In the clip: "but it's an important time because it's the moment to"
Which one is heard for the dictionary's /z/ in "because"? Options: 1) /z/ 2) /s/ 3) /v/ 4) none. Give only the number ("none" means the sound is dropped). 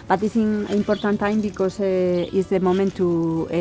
2